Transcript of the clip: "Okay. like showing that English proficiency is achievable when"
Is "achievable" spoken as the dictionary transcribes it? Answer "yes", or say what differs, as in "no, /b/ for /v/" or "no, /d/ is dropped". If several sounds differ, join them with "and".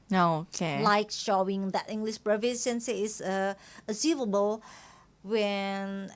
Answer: no, /s/ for /tʃ/